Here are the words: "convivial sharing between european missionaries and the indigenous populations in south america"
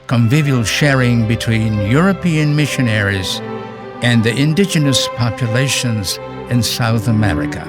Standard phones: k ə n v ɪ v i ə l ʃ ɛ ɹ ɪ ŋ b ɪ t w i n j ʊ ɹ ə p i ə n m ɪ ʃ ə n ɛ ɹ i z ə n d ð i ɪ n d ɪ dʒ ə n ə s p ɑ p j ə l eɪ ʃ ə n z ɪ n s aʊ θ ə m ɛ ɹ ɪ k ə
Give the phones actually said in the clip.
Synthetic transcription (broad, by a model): k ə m v ɪ v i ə l ʃ ɛ ɹ ɪ ŋ b ɪ t w i n j ʊ ɹ ə p i ə n m ɪ ʃ ə n ɛ ɹ i z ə n ð i ɪ n d ɪ dʒ ə n ə s p ɑ p j ə l eɪ ʃ ə n z ɪ n s aʊ θ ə m ɛ ɹ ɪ k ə